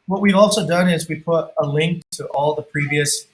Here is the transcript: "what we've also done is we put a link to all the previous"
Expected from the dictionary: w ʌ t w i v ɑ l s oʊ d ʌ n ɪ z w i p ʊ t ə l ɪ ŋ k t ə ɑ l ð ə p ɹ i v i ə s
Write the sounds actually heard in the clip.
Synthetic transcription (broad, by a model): w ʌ t w i v ɑ l s oʊ d ʌ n ɪ z w i p ʊ t ə l ɪ ŋ k t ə ɑ l ð ə p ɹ i v i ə s